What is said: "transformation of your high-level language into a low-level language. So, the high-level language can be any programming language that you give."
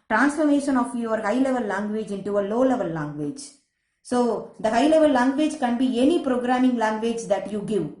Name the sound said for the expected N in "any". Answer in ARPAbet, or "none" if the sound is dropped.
N